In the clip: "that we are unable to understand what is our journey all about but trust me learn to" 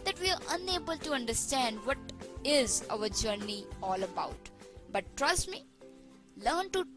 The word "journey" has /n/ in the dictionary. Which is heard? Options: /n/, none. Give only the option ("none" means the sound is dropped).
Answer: /n/